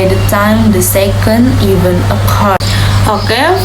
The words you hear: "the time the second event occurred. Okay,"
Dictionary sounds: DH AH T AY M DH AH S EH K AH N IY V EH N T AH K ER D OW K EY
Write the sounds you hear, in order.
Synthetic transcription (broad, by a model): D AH T AY M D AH S EH K AH N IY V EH N AH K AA OW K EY